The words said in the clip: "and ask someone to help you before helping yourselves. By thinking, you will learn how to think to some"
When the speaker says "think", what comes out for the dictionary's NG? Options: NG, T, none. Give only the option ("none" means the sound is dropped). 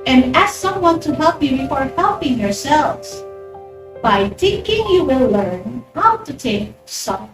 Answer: none